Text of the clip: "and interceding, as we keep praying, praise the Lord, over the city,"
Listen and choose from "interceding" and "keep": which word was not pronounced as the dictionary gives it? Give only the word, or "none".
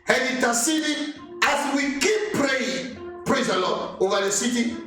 interceding